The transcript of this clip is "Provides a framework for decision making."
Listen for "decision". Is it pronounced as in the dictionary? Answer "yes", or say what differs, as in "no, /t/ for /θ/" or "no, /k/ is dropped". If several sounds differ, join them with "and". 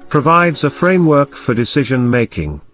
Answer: yes